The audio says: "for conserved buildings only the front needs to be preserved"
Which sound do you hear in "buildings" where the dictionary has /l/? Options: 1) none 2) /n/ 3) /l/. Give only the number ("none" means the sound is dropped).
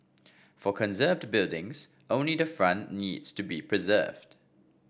3